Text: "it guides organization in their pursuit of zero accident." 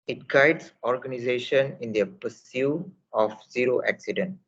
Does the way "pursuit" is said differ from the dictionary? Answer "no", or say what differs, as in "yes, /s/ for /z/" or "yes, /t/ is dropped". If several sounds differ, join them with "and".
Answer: yes, /t/ is dropped